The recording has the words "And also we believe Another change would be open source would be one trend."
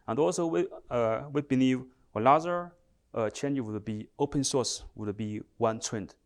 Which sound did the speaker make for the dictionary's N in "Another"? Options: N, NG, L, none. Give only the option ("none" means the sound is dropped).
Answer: L